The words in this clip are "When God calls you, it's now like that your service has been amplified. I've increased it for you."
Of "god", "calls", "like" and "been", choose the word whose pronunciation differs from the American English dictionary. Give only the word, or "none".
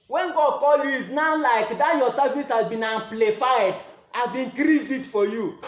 calls